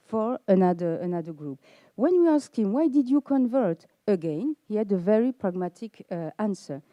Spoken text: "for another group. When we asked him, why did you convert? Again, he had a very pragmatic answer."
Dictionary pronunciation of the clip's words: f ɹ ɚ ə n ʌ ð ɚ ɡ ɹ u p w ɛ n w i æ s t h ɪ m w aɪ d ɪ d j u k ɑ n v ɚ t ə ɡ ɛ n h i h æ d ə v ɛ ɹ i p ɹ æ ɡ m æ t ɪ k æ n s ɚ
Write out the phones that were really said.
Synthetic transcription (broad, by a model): f ɹ ɚ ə n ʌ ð ɚ ɡ ɹ u p w ɛ n w i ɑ s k h ɪ m w aɪ d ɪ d j u k ɑ n v ɚ t ə ɡ ɛ n h i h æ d ə v ɛ ɹ i p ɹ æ ɡ m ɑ t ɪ k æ n s ɚ